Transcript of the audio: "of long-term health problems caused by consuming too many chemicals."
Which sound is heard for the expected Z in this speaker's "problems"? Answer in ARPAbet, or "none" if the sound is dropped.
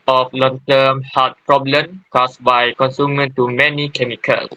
none